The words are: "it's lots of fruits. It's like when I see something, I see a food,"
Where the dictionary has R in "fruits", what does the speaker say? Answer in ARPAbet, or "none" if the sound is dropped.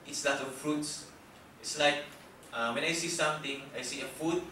R